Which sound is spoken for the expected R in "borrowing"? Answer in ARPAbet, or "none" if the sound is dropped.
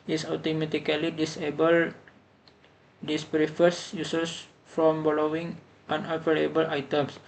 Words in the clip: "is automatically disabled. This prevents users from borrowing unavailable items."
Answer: L